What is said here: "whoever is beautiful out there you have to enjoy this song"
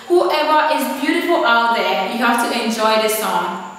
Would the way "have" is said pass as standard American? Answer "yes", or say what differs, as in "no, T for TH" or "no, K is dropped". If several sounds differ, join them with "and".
no, F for V